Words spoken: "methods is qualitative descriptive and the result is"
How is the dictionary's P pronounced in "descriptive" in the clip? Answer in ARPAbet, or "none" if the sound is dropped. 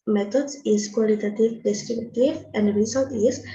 B